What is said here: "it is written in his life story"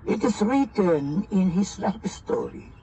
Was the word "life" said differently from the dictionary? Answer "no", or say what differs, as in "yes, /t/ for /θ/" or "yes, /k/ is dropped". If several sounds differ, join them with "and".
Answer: yes, /p/ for /f/